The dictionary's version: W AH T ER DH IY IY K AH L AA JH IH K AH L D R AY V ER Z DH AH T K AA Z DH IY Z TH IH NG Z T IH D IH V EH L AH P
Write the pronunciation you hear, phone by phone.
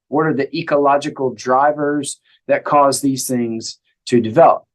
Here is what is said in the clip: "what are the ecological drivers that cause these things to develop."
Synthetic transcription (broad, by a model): W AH T ER DH IY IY K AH L AA JH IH K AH L D R AY V ER Z DH AH T K AA Z DH IY Z TH IH NG Z T IH D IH V EH L AH P